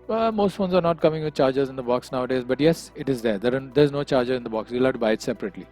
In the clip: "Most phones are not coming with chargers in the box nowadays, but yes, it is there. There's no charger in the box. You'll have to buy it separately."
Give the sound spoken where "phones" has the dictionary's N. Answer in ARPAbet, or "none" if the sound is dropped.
N